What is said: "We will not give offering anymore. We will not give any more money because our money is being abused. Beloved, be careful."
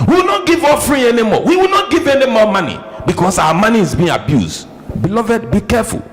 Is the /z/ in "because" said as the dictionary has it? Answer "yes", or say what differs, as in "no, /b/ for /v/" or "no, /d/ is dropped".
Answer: no, /s/ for /z/